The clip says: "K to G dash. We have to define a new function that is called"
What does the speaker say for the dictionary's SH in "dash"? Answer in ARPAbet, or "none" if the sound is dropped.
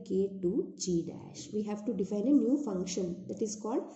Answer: SH